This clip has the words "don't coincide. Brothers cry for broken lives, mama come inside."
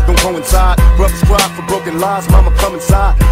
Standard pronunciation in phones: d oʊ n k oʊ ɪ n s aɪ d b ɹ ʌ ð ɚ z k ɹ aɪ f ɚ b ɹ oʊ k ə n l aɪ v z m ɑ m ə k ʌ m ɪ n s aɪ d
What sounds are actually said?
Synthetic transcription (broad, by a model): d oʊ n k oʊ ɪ n s aɪ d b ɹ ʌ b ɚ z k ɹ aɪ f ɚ b ɹ oʊ k ə n l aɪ z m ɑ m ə k ʌ m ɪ n s aɪ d